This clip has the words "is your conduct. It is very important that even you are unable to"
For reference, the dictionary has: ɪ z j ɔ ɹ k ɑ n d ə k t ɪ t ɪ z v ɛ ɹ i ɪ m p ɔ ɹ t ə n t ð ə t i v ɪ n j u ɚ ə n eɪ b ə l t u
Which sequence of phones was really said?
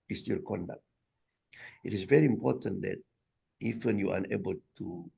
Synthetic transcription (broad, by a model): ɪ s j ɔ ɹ k ɑ n d ə k t ɪ t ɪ s v ɛ ɹ i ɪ m p ɔ t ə n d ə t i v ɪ n j u ə n eɪ b ə l t u